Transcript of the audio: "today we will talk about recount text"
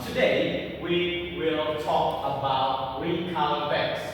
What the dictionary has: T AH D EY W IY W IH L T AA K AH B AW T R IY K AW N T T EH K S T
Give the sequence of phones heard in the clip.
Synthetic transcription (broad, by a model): T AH D EY W IY W IH L T AA K AH B AW T W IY K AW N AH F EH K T